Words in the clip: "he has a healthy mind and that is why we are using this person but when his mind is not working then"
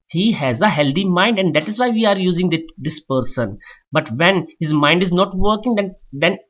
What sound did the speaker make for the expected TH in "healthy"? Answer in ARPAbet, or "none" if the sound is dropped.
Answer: T